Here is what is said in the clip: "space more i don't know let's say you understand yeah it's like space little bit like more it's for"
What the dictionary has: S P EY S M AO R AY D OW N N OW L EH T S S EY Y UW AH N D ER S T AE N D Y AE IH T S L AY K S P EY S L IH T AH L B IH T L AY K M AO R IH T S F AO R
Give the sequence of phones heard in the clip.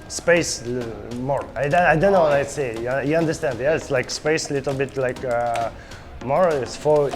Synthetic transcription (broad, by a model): S P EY S M AO R AY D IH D N OW W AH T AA S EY Y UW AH N D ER S T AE N D Y AE IH T S L AY K S P EY S L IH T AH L B IH T L AY K M AO R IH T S F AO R